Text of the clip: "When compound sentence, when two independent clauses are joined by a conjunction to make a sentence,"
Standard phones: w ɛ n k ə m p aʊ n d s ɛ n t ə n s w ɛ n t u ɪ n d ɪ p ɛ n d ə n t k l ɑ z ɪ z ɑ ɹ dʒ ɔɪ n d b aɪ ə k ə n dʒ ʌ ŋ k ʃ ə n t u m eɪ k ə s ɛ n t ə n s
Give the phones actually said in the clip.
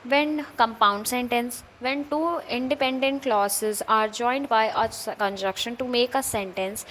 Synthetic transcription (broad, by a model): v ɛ n k ə m p aʊ n d s ɛ n t ə n s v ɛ n t u ɪ n d ɪ p ɛ n d ə n t k l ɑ s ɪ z ɑ ɹ dʒ ɔɪ n d b aɪ ə k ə n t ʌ k ʃ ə n t u m eɪ k ə s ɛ n t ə n s